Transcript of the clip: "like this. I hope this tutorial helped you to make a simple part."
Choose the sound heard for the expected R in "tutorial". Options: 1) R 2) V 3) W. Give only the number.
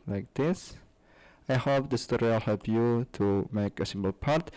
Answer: 3